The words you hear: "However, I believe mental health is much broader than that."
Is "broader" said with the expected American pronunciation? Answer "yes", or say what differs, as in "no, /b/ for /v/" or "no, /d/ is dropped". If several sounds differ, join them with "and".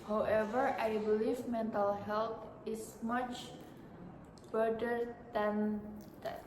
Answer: no, /ɹ/ is dropped